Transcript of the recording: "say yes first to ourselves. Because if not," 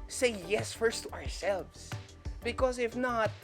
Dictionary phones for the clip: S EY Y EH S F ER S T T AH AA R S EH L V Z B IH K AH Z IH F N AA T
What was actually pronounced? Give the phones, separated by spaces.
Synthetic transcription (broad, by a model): S EY Y EH S F ER S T T AH AA R S EH L V Z B IH K AH Z IH F N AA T